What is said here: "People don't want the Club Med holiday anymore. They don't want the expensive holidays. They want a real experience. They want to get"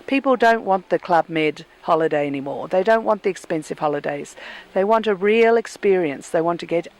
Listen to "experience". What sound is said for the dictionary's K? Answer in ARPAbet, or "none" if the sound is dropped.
K